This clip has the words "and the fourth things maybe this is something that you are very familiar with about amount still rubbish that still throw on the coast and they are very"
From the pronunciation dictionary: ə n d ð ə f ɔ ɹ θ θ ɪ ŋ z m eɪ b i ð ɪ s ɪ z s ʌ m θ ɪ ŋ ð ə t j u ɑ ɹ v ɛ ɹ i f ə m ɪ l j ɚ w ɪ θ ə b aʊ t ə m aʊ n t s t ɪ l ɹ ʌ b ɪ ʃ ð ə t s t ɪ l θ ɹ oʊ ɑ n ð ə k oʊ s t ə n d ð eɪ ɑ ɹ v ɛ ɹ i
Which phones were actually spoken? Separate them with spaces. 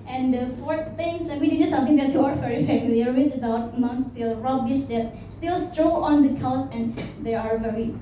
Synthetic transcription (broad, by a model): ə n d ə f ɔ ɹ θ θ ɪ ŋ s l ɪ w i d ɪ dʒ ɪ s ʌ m t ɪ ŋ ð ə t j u ɑ ɹ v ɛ ɹ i f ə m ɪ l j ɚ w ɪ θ ə b aʊ t m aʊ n s t ɪ l ɹ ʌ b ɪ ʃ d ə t s t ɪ l t ɹ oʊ ɑ n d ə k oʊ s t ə n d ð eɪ ɑ ɹ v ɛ ɹ i